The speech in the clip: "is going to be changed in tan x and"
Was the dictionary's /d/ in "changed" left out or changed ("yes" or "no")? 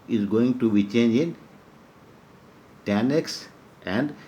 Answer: yes